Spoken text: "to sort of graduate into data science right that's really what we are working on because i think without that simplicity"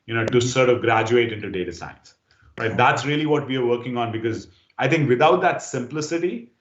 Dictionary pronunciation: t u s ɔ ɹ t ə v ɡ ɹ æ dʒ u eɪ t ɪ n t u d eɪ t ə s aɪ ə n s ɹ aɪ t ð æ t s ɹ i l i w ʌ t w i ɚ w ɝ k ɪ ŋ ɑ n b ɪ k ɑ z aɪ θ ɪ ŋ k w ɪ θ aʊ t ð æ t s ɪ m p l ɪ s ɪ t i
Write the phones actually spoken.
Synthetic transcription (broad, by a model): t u s ɔ ɹ t ə v ɡ ɹ æ dʒ u eɪ t ɪ n t u d eɪ t ə s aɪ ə n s ɹ aɪ t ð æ t s ɹ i l i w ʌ t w i ɚ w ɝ k ɪ ŋ ɑ n b ɪ k ɑ z aɪ t ɪ ŋ k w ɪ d aʊ t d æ t s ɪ m p l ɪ s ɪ t i